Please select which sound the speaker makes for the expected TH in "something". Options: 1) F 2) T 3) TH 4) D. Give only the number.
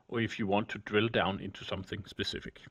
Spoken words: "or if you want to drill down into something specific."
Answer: 3